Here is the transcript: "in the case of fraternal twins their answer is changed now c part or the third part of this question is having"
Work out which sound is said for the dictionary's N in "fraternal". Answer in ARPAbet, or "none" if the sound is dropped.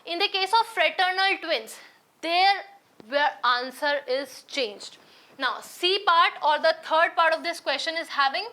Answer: N